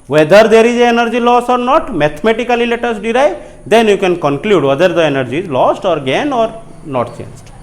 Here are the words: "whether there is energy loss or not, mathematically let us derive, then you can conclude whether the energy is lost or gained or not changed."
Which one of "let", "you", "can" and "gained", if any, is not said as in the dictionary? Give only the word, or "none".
gained